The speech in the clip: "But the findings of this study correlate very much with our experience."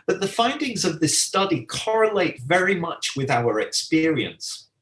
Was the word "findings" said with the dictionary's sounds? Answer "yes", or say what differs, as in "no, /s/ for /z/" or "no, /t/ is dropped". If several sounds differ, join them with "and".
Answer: yes